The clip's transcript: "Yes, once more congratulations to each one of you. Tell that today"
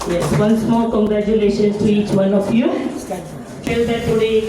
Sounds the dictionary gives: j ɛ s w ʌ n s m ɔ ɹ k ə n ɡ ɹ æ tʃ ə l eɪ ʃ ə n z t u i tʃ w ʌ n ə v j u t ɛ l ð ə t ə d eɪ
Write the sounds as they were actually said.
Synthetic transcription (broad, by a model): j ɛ s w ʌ n s m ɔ l k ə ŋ ɡ ɹ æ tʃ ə l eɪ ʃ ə n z t u i tʃ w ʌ n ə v j u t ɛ l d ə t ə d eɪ